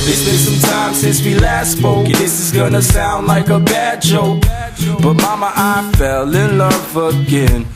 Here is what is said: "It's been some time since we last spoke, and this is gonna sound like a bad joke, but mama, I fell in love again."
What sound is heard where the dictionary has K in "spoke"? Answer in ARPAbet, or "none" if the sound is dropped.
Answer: none